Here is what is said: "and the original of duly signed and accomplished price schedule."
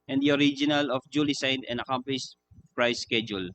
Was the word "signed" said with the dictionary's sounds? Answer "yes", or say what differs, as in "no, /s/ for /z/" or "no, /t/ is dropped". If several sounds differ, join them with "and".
no, /n/ is dropped